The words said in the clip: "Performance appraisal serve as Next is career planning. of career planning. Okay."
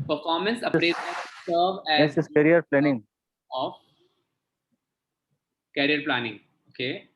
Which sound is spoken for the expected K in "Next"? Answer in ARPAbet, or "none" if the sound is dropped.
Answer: none